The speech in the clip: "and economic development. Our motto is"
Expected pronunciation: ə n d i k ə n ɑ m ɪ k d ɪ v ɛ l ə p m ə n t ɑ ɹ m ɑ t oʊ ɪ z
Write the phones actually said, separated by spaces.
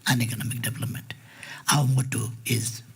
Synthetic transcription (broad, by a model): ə n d i k ə n ɑ m ɪ k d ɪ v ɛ l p m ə n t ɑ w m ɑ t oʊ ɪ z